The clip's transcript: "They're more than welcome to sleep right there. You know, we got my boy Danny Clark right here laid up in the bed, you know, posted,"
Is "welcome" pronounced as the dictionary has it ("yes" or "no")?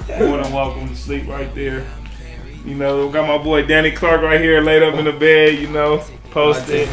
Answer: no